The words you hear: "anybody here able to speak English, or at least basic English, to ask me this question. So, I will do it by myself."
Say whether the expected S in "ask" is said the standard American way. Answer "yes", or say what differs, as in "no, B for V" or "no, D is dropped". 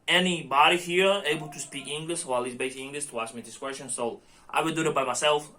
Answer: yes